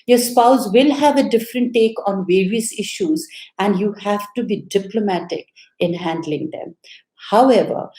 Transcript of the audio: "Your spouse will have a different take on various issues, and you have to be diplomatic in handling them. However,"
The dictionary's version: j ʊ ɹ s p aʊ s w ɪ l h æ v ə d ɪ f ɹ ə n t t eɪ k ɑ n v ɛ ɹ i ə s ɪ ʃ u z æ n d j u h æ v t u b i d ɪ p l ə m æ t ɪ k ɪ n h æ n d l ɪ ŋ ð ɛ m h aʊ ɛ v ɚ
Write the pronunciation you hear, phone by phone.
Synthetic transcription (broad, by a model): j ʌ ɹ s p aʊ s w ɪ l h æ v ə d ɪ f ɹ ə n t t eɪ k ɑ n v ɛ ɹ i ə s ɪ ʃ u z æ n d j u h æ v t u b i d ɪ p l ə m æ t ɪ k ɪ n h æ n d l ɪ ŋ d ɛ m h aʊ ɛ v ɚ